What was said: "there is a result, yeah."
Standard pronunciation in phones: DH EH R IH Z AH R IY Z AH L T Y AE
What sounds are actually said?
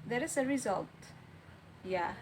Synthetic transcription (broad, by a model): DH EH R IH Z AH R IY Z AH L T Y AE